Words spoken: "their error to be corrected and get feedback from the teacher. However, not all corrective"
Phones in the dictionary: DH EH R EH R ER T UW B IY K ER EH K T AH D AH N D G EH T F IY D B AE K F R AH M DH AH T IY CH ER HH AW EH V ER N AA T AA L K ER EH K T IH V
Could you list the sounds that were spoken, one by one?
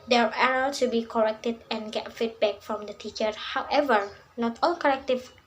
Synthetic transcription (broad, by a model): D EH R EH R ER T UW B IY K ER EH K T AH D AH N G EH T F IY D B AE K F R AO M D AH T IY CH ER HH AW EH V ER N AA T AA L K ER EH K T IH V